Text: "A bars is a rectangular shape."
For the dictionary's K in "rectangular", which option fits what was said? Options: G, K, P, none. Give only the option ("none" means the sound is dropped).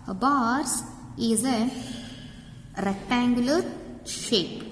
K